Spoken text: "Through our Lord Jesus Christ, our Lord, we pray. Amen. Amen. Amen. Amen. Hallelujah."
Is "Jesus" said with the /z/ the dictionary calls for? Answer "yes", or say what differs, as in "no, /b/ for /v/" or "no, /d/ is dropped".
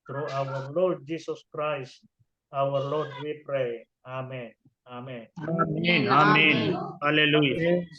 no, /s/ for /z/